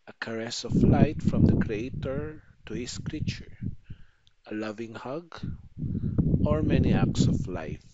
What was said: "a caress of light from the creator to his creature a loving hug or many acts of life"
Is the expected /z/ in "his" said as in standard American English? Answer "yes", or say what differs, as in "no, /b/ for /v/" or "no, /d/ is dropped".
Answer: no, /s/ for /z/